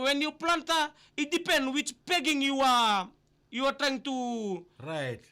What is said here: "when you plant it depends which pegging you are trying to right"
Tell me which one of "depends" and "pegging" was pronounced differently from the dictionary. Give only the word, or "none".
depends